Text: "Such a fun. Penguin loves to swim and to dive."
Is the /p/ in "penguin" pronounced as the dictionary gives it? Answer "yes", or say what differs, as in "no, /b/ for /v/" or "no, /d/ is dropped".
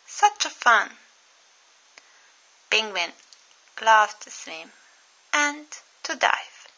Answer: no, /b/ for /p/